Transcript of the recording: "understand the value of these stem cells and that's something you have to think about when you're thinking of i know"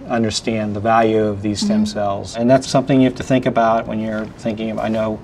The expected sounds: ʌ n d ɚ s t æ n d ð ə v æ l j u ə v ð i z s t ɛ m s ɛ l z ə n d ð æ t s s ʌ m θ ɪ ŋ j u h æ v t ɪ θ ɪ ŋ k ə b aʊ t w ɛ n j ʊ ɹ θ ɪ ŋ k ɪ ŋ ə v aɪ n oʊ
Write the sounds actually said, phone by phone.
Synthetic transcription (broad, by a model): ʌ n d ɚ s t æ n ð ə v æ l j u ə v ð i z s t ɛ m s ɛ l z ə n ð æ t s s ʌ m θ ɪ ŋ j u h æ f t ɪ θ ɪ ŋ k ə b aʊ t w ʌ n j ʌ ɹ θ ɪ ŋ k ɪ ŋ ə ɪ n oʊ